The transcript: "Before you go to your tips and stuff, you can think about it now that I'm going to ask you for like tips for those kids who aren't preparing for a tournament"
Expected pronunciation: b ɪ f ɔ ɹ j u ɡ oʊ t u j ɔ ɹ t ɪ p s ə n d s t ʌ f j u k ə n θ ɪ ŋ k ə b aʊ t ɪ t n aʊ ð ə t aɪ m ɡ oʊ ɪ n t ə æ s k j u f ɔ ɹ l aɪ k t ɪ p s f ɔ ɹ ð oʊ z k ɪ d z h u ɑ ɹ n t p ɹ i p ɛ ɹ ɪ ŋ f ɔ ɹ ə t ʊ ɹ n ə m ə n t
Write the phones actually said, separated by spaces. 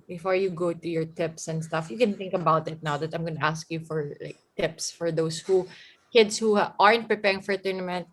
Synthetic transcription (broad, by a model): b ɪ f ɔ ɹ j u ɡ oʊ t u j ɔ ɹ t ɪ p s ə n d s t ʌ f j u k ə n θ ɪ ŋ k ə b aʊ t ɪ t n aʊ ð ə t aɪ m ɡ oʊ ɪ n t ə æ s k j u f ɔ ɹ l aɪ k t ɪ p s f ɔ ɹ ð oʊ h k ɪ d s h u ɑ ɹ n t p ɹ i p ɛ ɹ ɪ ŋ f ɔ ɹ t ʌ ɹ n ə m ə n t